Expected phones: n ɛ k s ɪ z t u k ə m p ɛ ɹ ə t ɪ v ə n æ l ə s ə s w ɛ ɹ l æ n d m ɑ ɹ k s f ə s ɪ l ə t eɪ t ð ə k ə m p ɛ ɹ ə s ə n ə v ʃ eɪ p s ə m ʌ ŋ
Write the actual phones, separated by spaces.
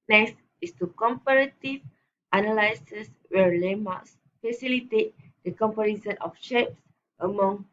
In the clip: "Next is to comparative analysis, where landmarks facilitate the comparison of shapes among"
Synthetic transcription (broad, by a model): n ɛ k s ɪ s t u k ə m p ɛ ɹ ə t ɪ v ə n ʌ l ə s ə s w ɛ ɹ l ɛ m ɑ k s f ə s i l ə t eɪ t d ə k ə m p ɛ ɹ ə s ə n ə f ʃ eɪ p s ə m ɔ ŋ